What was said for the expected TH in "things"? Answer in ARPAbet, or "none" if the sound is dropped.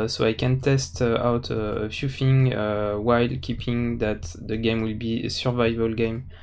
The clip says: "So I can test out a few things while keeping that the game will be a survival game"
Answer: F